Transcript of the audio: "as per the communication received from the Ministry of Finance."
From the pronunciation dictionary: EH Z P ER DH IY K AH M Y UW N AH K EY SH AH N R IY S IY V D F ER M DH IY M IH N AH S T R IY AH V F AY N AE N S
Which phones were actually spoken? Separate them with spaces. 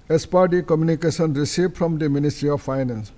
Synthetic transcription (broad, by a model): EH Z P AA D IY K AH M Y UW N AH K EY S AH N R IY S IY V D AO M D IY M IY N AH S T R IY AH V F AY N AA N S